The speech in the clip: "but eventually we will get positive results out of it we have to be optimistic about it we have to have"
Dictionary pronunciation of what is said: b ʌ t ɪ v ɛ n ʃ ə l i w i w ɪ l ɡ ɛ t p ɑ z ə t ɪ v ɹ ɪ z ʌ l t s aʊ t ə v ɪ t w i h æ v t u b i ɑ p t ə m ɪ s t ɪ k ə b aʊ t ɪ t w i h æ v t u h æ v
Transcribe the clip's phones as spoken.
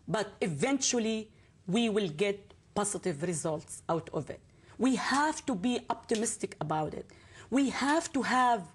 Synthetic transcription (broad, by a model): b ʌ t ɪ v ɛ n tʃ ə l i w i w ɪ l ɡ ɛ t p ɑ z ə t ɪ v ɹ ɪ z ʌ l t s aʊ t ə v ɪ t w i h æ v t u b i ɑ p t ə m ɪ s t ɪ k ə b aʊ t ɪ t w i h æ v t u h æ v